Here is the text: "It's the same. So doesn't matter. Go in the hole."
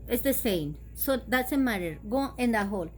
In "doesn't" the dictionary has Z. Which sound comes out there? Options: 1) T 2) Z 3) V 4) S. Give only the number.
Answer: 4